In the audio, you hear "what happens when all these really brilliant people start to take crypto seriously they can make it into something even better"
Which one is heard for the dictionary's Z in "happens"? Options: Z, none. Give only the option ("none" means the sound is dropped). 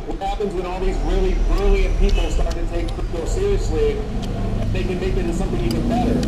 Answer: Z